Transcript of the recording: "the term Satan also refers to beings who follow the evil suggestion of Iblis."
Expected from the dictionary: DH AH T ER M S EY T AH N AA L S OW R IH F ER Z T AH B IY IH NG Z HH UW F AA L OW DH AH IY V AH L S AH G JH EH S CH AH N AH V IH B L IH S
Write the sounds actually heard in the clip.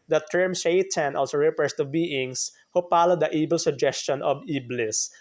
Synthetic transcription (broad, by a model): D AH T ER M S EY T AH N AA L S OW R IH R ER S T AH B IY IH NG S HH UW P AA L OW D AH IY B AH L S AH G JH EH S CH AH N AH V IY B L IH S